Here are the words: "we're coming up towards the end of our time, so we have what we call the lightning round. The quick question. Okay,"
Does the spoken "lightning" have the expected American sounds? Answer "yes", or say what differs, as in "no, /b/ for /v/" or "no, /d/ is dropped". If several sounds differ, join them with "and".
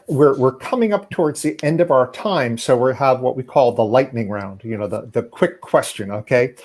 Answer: yes